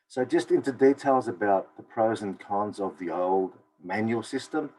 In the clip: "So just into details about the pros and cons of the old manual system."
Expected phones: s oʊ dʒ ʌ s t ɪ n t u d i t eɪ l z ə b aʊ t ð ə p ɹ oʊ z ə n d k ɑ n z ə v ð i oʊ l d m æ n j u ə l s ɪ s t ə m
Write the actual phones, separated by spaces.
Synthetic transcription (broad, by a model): s oʊ dʒ ʌ s t ɪ n t u d i t eɪ l z ə b aʊ t ð ə p ɹ oʊ z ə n k ɑ n z ə v ð i oʊ l d m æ n j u l s ɪ s t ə m